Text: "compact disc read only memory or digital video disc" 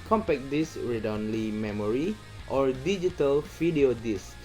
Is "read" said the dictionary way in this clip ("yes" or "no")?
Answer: yes